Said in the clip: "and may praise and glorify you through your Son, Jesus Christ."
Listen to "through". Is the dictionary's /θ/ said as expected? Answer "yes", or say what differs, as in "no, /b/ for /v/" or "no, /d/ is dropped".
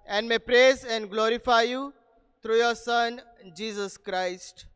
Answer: no, /t/ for /θ/